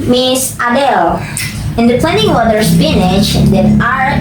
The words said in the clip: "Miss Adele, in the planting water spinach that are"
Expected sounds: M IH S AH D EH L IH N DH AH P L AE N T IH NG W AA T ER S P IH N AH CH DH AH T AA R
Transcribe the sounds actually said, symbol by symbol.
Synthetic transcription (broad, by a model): M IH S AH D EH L IH N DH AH P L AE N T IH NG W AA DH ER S F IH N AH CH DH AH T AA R